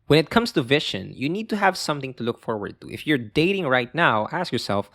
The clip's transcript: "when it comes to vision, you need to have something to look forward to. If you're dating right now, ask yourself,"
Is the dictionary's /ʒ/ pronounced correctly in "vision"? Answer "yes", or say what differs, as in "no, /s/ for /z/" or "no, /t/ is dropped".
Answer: no, /ʃ/ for /ʒ/